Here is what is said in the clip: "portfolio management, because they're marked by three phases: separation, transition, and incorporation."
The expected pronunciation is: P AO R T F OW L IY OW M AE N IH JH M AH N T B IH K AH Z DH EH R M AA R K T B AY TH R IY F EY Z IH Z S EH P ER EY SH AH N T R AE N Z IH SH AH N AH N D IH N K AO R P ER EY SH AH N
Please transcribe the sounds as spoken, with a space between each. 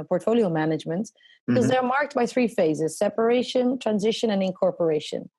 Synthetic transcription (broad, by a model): P AO R T F OW L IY OW M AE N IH JH M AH N T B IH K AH Z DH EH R M AA R K T B AY TH R IY F EY Z IH Z S EH P ER EY SH AH N T R AE N Z IH SH AH N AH N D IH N K AO R P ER EY SH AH N